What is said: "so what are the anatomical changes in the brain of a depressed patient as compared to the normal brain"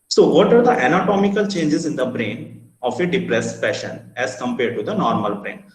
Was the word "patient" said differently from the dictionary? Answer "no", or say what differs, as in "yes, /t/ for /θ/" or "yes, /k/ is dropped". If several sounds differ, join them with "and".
yes, /t/ is dropped